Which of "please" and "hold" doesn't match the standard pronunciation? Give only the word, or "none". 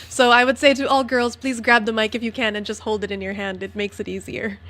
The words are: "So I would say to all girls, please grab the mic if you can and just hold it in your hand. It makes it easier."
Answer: none